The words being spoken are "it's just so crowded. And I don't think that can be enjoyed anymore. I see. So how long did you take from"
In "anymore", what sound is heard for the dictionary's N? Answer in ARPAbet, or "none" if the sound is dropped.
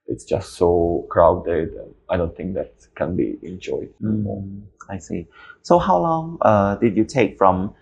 none